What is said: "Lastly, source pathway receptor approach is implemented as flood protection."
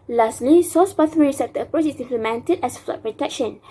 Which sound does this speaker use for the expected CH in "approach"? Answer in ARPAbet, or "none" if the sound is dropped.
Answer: S